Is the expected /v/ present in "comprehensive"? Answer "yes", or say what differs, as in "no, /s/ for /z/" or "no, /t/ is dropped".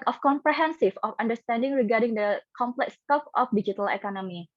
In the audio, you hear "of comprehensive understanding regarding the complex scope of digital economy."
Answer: no, /f/ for /v/